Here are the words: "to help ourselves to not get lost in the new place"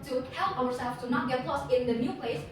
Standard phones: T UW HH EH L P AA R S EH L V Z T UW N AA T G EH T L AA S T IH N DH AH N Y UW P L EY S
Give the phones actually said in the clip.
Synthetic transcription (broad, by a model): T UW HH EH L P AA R S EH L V T UW N AA T G EH T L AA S IH N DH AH N Y UW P L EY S